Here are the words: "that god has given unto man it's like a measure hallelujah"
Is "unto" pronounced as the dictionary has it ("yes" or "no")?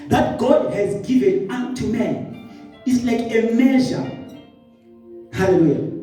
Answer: no